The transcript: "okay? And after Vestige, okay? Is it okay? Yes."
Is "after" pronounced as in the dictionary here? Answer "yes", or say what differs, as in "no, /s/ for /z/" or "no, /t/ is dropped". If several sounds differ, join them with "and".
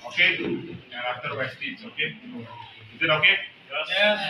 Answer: no, /f/ is dropped